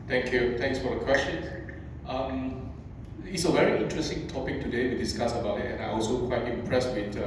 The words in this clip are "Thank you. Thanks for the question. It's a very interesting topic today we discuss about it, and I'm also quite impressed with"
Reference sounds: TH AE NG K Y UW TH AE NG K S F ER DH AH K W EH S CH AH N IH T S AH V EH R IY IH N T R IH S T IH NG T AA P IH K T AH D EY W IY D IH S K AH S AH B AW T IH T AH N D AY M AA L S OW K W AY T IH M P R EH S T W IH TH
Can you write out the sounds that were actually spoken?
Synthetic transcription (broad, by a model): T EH NG K Y UW T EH NG K S F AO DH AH K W EH S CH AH N IH T S AH V EH R IY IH N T R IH S T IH NG T AA P IH K T AH D EY W IY D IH S K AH S AH B AW T IH T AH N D AY AA L S OW K W AY T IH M P R EH S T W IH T